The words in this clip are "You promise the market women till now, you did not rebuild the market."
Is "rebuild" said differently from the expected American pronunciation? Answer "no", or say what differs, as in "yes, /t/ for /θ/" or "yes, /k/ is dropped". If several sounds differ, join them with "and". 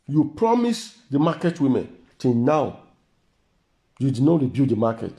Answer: yes, /l/ is dropped